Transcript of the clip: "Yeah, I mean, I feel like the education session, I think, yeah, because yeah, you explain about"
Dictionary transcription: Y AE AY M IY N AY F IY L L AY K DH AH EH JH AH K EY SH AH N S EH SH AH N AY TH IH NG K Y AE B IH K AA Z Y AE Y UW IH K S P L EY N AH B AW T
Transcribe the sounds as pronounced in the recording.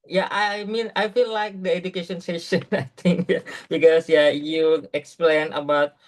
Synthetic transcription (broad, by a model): Y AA AY M IY N AY F IY L L AY K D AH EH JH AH K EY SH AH N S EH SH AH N AY T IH NG K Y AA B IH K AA S Y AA Y UW IH K S P L EY N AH B AW T